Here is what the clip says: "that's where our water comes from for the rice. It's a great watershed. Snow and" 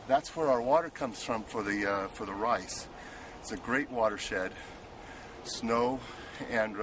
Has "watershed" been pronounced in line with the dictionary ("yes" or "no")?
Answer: yes